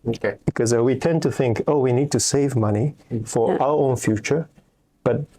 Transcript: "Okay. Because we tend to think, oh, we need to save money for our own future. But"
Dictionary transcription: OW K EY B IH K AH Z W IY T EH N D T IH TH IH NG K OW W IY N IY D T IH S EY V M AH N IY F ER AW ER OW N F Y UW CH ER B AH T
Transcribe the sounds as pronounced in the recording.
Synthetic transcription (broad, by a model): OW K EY B IH K AH Z W IY T EH N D T IH TH IH NG K OW W IY N IY D T IH S EY V M AH N IY F ER AW ER OW N F Y UW CH ER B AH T